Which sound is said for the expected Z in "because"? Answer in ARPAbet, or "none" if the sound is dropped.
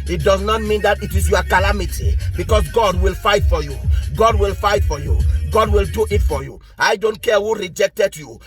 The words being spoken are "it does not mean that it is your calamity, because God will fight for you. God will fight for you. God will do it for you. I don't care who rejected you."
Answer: S